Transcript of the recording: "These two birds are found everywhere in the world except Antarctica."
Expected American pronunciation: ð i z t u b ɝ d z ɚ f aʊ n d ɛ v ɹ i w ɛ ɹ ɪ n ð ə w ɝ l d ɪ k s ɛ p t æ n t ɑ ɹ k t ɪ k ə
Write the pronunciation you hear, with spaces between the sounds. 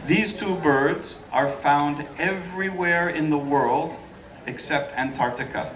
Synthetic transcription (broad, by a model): ð i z t u b ɝ d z ɚ f aʊ n d ɛ v ɹ i w ɛ ɹ ɪ n ð ə w ɝ l d ɪ k s ɛ p t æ n t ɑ ɹ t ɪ k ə